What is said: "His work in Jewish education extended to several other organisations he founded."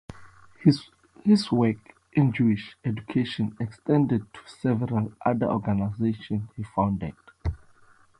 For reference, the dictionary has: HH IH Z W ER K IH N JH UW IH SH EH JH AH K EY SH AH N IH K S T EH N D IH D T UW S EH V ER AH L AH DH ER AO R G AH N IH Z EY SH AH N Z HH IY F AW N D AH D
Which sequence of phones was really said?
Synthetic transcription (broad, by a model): HH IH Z W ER K IH N JH UW IH SH EH JH AH K EY SH AH N IH K S T EH N D IH D T UW S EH V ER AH L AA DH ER AO G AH N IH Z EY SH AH N S HH IY F AW N D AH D